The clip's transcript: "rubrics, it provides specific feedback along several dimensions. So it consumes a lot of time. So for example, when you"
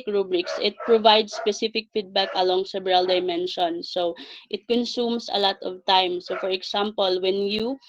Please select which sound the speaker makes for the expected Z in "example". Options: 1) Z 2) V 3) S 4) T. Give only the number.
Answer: 3